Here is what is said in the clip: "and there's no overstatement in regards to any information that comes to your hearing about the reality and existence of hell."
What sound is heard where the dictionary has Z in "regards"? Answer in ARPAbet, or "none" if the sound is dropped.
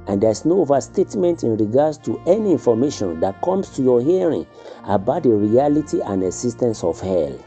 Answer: S